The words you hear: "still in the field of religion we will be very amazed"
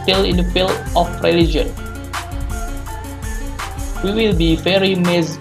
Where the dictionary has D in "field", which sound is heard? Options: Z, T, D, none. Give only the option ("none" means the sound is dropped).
none